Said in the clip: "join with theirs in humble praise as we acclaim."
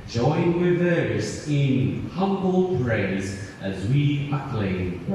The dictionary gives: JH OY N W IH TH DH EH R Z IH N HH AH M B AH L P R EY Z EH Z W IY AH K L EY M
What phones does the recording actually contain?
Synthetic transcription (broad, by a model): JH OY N W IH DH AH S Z IH N HH AH M B AH L P R EY Z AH Z W IY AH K L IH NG